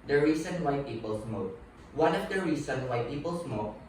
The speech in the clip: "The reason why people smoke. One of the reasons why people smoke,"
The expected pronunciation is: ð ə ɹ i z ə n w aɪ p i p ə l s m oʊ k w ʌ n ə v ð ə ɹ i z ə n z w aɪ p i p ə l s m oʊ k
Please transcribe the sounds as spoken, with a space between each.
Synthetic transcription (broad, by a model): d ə ɹ i s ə n w aɪ p i p ə l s m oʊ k w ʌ n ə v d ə ɹ i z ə n w aɪ p i p ə l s m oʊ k